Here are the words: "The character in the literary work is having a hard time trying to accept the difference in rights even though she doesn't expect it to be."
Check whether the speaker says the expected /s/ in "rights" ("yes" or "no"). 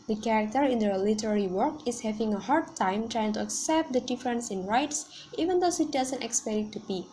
yes